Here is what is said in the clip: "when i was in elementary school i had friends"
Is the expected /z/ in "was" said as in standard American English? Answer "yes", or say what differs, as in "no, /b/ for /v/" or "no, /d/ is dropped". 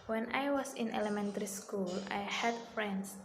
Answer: no, /s/ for /z/